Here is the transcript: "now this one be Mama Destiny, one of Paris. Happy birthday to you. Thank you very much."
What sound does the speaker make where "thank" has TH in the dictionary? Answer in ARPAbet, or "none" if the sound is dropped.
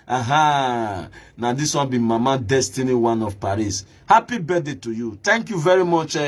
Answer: T